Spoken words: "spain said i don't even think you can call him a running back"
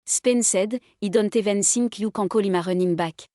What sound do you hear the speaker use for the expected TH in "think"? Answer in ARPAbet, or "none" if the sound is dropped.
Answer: S